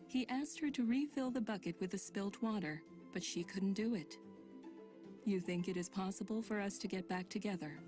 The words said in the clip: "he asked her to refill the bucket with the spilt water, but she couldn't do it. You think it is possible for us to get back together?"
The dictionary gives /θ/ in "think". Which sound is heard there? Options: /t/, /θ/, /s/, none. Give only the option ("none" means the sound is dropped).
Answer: /θ/